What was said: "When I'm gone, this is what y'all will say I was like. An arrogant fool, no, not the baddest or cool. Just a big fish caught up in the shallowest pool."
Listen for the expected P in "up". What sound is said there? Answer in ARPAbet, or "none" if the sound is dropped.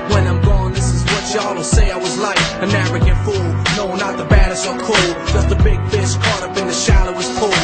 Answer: B